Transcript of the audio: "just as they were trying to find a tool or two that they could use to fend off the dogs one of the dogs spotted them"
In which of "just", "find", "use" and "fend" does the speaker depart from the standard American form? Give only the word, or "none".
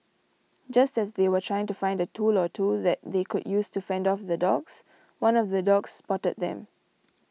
none